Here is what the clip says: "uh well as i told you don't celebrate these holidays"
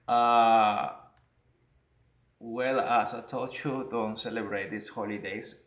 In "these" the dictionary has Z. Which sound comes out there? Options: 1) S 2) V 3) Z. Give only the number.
1